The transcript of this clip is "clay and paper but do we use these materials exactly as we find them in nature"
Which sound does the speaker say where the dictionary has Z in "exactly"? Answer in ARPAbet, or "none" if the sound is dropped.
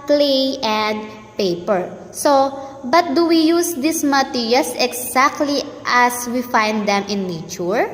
S